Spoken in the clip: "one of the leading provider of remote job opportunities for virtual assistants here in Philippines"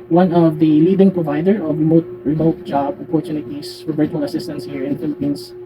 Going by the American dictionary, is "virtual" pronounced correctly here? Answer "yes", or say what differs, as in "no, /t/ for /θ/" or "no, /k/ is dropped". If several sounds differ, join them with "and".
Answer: no, /b/ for /v/